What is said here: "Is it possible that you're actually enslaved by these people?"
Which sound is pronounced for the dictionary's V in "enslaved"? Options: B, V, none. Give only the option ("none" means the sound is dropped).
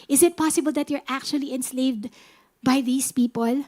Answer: V